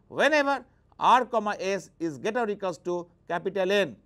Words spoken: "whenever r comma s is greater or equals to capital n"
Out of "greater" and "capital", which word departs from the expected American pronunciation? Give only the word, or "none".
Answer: greater